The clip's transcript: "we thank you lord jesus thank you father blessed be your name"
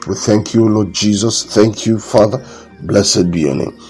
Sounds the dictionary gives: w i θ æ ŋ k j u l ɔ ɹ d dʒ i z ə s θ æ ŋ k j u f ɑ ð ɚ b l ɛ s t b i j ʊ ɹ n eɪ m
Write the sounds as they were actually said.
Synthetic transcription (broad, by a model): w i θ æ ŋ k j u l ɔ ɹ d dʒ i z ə s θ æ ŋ k j u f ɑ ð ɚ b l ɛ s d b i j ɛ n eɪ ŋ